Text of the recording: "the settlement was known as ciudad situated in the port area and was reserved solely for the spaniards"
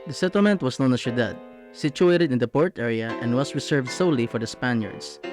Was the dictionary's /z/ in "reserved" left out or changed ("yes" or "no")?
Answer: yes